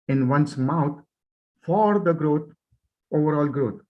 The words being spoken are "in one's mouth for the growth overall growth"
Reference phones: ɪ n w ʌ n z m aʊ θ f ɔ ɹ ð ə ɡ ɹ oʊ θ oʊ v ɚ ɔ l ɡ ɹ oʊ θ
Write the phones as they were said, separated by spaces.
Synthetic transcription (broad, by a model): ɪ n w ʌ n s m aʊ t f ɔ ɹ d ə ɡ ɹ oʊ t oʊ v ɚ ɔ l ɡ ɹ oʊ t